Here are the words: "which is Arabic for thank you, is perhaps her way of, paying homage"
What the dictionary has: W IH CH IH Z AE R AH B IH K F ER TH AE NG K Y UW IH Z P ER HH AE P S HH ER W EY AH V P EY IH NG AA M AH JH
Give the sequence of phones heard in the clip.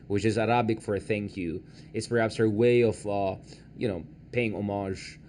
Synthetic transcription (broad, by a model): W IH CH IH Z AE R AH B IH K F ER TH AE NG K Y UW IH S P ER HH AE P S HH ER W EY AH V P EY IH NG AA M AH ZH